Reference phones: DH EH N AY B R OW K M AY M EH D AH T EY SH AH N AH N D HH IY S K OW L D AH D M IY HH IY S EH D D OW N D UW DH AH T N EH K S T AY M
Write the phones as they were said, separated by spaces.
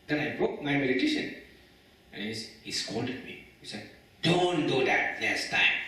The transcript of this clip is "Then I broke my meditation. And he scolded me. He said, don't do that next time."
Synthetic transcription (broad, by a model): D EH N AY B R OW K M AY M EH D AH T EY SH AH N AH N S HH IY S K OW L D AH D M IY HH IY S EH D D OW N D UW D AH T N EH S T AY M